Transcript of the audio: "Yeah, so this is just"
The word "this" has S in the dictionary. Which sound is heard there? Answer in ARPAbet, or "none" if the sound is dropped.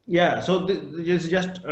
none